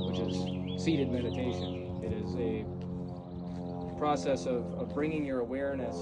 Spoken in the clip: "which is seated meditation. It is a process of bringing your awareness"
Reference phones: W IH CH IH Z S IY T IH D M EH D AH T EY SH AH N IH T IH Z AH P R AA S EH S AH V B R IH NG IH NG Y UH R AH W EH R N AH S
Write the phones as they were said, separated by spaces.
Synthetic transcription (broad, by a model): W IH CH IH Z S IY T IH D M EH D AH T EY SH AH N IH T IH Z AH P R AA S EH S AH V B R IH NG IH NG Y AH R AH W EH R N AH S